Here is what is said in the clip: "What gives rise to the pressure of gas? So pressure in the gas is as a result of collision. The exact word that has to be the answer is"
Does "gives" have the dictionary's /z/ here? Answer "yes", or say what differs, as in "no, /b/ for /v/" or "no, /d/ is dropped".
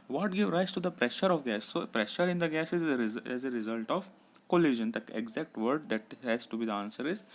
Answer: no, /z/ is dropped